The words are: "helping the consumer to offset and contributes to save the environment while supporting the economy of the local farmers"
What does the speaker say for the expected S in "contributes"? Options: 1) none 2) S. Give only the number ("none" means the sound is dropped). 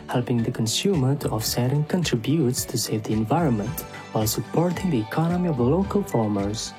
2